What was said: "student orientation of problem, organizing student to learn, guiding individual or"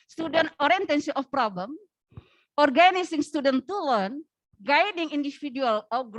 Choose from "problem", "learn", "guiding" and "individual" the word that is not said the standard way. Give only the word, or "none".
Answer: individual